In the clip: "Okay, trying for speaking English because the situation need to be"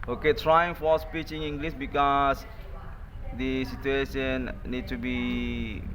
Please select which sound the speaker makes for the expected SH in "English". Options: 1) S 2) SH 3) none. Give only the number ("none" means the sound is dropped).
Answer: 1